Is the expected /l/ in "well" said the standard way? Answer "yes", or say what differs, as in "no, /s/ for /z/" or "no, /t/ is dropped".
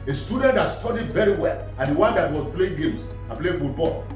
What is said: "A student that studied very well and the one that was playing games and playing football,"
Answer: yes